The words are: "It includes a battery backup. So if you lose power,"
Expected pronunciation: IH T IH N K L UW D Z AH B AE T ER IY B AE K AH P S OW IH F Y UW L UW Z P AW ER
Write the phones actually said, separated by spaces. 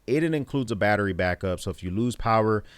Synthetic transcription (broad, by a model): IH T IH N K L UW D Z AH B AE T ER IY B AE K AH P S OW IH F Y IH L UW Z P AW ER